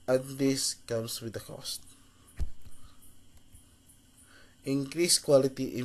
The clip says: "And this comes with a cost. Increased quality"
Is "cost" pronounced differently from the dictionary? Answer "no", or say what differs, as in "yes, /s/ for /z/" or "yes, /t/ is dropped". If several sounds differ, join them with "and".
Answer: no